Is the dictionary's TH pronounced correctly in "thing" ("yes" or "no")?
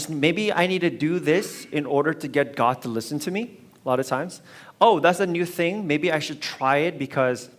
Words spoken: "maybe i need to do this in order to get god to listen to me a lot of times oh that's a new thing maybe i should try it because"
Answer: yes